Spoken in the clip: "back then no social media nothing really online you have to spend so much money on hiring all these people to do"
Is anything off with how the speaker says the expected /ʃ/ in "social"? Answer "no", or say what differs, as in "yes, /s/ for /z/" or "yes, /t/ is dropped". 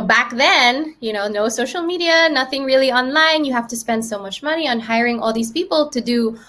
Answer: yes, /s/ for /ʃ/